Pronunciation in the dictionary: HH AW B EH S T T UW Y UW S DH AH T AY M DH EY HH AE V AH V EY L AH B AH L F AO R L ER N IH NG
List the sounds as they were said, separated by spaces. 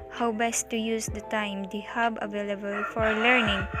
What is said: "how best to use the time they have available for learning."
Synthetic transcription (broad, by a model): HH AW B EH S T T UW Y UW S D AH T AY M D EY HH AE B AH V EY L AH B AH L F AO R L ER N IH NG